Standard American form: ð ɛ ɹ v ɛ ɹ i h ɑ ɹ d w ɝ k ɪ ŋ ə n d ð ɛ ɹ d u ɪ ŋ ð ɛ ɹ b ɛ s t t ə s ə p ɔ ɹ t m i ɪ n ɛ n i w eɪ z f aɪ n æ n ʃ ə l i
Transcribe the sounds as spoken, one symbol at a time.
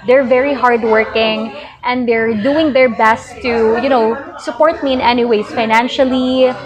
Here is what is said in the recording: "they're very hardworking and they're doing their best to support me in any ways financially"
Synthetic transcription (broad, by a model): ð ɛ ɹ v ɛ ɹ i h ɑ ɹ d w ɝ k ɪ ŋ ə n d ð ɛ ɹ d u ɪ ŋ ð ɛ ɹ b ɛ s t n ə s ə p ɔ ɹ t m i ɪ n ɛ n i w eɪ s f aɪ n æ n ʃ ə l i